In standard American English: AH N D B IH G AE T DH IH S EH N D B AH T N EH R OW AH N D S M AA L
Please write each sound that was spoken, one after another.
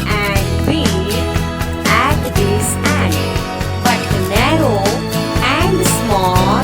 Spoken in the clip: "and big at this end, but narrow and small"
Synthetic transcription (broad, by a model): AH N D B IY AE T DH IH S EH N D B AH T N EH R OW AH N D S M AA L